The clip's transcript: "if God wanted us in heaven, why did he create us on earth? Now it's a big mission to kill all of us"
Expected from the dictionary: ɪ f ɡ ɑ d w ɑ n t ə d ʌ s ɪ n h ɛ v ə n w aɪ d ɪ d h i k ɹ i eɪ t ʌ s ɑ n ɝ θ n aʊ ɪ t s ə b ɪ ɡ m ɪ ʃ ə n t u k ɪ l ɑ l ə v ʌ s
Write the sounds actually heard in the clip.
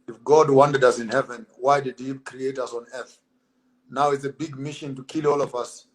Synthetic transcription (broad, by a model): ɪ f ɡ ɑ d w ɑ n t ə d ʌ s ɪ n h ɛ v ə n w aɪ d ɪ d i k ɹ i eɪ t ʌ s ɑ n ɝ θ n aʊ ɪ t s ə b ɪ ɡ m ɪ ʃ ə n t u k ɪ l ɑ l ə v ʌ s